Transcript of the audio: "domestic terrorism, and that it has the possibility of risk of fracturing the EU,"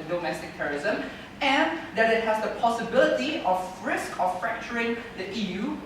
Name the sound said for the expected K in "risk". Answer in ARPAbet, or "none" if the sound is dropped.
K